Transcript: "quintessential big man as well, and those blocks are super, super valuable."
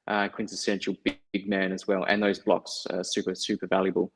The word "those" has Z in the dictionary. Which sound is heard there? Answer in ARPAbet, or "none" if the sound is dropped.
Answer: Z